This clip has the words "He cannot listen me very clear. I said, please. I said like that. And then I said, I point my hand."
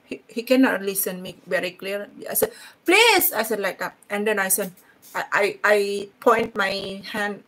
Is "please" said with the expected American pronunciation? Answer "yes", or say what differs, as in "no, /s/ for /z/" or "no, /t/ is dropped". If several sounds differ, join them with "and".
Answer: no, /s/ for /z/